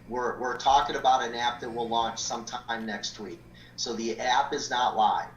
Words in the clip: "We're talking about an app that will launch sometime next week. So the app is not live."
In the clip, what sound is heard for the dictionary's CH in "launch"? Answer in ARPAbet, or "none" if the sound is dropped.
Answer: CH